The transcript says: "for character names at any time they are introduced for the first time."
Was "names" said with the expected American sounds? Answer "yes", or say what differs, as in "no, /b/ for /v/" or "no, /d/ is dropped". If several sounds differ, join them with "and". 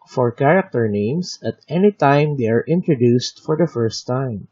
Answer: no, /s/ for /z/